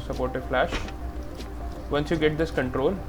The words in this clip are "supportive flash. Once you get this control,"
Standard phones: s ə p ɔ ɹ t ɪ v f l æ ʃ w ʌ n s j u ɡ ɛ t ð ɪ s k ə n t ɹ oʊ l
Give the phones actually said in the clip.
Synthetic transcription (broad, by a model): s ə p ɔ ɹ t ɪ f l æ ʃ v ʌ n s j u ɡ ɛ t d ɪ s k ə n t ɹ oʊ l